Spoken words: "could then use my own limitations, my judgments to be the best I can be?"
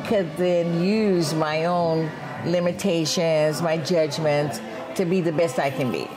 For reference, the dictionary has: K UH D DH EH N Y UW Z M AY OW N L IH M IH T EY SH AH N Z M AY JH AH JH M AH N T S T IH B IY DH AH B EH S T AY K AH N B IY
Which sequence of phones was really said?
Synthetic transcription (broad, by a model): K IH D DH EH N Y UW Z M AY OW N L IH M IH T EY SH AH N Z M AY JH AH JH M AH N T T IH B IY DH AH B EH S T AY K AH N B IY